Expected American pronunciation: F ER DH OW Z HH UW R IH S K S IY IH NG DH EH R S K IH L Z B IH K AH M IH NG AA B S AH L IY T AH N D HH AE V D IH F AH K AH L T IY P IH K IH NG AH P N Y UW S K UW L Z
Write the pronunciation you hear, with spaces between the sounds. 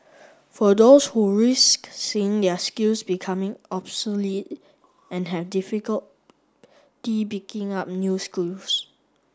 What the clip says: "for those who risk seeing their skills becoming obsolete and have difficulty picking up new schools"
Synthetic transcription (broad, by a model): F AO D OW S HH UW R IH S K S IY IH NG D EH S K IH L S B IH K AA M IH NG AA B S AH L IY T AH N HH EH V D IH F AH K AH L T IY B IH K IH NG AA P N Y UW S K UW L S